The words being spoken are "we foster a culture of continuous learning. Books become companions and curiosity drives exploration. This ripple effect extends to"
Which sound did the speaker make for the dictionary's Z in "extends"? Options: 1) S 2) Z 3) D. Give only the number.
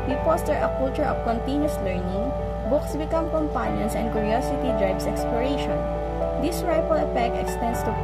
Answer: 1